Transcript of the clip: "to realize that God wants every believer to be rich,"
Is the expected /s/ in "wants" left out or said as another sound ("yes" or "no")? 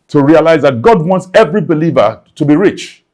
no